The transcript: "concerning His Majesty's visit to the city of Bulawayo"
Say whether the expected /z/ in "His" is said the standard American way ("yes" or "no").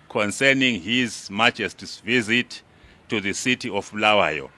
yes